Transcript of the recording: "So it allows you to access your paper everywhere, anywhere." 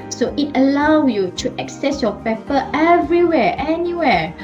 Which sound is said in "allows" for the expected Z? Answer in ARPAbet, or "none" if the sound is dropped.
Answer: none